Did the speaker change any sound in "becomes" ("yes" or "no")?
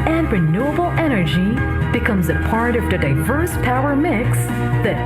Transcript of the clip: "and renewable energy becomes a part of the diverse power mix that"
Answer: no